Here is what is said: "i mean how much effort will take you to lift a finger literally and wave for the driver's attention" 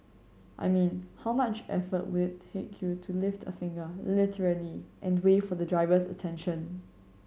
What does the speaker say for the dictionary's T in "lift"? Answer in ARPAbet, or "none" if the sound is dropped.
T